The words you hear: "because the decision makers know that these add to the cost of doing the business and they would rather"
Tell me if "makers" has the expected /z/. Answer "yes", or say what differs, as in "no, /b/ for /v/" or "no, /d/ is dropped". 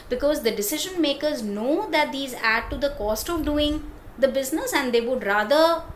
yes